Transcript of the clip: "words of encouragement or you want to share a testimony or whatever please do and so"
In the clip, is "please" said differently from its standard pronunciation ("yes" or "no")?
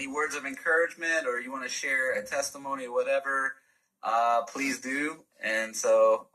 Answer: no